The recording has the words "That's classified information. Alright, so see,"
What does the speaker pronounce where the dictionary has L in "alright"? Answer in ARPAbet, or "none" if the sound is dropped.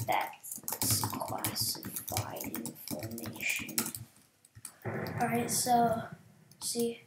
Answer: none